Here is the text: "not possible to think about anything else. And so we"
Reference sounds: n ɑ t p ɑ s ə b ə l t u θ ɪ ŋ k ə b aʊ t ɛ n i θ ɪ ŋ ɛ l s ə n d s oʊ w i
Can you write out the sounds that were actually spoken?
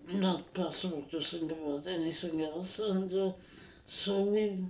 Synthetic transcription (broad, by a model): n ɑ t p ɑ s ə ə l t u s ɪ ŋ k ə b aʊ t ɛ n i s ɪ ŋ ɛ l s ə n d s oʊ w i